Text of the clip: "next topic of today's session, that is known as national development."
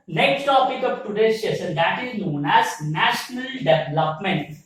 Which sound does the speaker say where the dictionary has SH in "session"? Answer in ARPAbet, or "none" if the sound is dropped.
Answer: S